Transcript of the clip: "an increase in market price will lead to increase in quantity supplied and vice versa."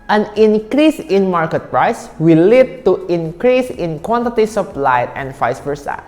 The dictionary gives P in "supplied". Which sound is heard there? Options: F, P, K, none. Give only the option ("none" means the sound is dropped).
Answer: F